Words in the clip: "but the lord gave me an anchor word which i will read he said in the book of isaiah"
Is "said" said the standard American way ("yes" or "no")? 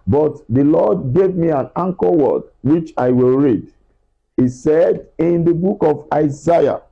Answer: yes